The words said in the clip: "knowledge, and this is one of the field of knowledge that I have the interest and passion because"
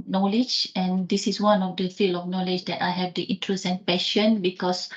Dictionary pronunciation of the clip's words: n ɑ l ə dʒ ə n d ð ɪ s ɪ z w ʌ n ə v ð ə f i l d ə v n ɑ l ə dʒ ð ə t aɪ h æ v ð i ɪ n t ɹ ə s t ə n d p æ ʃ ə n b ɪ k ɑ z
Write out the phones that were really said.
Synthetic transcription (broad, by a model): n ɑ l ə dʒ ə n d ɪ s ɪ s w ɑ n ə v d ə f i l ə f n ɑ l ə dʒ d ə t aɪ h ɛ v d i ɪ n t ɹ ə s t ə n p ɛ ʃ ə n b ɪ k ɑ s